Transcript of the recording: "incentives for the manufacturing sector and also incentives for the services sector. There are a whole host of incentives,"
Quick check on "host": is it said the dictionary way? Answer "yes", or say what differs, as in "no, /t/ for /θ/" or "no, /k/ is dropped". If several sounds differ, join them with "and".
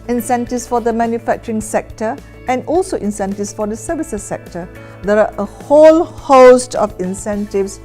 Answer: yes